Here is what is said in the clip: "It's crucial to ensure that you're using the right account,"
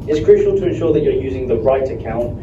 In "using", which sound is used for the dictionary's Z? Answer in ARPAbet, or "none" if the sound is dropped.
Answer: Z